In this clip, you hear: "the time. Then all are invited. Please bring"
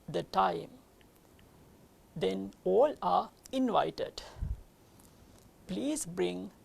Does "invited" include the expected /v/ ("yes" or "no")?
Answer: yes